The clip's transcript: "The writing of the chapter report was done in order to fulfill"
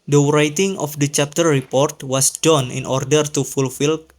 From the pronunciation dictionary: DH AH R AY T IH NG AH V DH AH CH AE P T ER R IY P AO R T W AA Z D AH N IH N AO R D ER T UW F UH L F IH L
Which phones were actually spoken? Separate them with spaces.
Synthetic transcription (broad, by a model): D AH R AY T IH NG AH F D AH CH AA P T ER R IY P AO R T W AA S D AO N IH N AO R D ER T UW F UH L F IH L